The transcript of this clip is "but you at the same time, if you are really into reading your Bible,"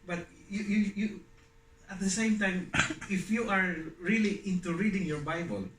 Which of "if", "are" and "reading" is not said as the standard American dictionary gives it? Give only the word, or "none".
none